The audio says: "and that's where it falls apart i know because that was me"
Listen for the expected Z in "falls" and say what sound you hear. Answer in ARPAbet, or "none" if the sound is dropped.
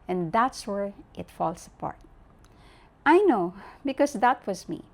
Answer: S